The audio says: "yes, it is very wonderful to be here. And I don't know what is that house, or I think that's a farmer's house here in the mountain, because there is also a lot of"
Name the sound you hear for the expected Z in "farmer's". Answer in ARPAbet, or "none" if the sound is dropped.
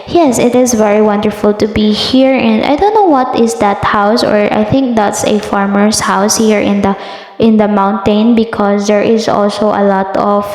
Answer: S